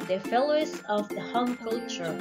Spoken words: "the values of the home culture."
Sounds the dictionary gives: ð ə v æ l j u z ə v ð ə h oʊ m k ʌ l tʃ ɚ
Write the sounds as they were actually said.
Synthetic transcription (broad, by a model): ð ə f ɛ l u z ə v ð ə h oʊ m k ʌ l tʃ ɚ